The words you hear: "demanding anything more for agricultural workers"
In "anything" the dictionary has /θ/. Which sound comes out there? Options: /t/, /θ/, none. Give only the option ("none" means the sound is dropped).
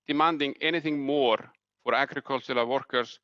/θ/